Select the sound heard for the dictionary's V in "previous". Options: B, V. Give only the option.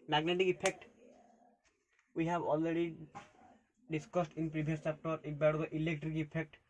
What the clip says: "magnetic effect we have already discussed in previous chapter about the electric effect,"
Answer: B